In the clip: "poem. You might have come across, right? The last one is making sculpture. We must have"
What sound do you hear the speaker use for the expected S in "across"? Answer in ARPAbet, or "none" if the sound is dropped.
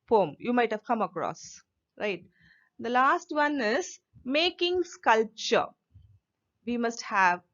S